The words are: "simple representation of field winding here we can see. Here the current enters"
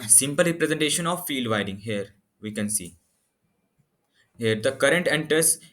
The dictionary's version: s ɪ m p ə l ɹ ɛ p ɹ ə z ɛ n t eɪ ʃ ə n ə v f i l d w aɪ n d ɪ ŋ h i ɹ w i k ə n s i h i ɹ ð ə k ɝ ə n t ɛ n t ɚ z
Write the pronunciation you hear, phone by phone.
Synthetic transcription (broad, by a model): s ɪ m p ə l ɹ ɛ p ɹ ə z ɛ n t eɪ ʃ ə n ə v f i l d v aɪ d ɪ ŋ h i ɹ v i k ə n s i h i ɹ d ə k ɝ ə n t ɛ n t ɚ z